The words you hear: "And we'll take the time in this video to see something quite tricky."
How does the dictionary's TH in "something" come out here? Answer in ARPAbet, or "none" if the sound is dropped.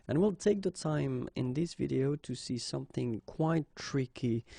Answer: TH